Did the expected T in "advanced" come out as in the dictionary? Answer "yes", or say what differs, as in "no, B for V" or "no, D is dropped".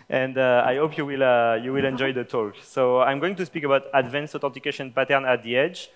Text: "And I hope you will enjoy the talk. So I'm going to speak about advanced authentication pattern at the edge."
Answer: no, T is dropped